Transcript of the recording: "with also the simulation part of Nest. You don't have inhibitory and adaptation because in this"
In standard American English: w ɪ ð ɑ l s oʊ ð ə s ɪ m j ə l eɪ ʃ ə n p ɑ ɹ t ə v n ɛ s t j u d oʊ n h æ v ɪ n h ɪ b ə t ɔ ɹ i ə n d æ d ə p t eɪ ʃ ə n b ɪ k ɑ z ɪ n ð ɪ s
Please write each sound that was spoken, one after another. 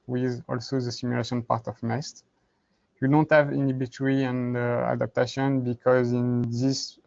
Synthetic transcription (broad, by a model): w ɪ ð ɑ l s oʊ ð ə s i m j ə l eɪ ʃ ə n p ɑ ɹ t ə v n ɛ s t j u d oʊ n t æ v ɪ n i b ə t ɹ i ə n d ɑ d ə p t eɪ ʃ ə n b ɪ k ɑ z ɪ n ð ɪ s